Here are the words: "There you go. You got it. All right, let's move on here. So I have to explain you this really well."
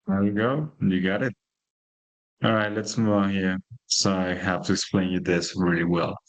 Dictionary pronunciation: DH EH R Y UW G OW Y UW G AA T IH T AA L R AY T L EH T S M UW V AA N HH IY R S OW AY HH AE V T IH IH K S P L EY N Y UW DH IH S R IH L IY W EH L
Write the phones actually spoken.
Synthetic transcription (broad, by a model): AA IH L G OW Y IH G AA T IH T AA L R AY T L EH T S M UW V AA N HH IY R S OW AY HH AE F T IH IH K S P L EY N Y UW DH IH S R IH L IY W EH L